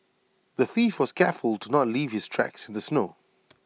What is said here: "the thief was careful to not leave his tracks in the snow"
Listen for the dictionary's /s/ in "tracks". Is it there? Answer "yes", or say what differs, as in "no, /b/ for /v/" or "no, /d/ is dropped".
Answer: yes